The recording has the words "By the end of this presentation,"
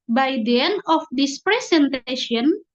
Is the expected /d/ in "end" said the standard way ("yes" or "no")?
no